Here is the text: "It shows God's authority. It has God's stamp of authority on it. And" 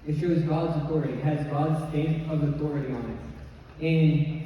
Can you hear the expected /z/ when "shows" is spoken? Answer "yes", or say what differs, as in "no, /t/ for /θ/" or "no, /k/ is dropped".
yes